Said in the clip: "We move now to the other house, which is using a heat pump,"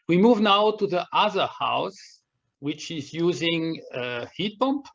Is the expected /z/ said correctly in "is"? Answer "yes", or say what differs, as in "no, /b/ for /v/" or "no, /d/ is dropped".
yes